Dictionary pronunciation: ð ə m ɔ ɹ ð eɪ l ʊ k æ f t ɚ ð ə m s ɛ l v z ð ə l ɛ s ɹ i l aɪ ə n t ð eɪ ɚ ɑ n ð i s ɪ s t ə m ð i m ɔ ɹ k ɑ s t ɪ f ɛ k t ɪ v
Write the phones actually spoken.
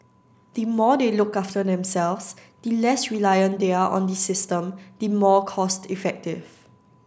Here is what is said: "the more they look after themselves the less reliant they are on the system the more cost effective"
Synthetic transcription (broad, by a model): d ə m ɔ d eɪ l ʊ k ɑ f t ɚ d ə m s ɛ l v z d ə l ɛ s ɹ i l aɪ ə n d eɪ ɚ ɑ n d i s ɪ s t ə m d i m ɔ k ɑ s t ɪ f ɛ k t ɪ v